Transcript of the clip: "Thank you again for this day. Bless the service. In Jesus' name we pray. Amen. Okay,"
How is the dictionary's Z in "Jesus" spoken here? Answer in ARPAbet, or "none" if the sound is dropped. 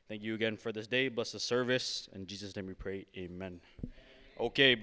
Z